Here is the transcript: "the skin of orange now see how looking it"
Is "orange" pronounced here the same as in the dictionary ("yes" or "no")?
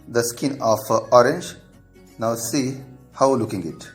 yes